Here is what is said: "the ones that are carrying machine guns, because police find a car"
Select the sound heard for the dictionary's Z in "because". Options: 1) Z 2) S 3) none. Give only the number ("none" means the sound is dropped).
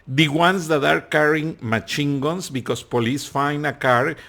2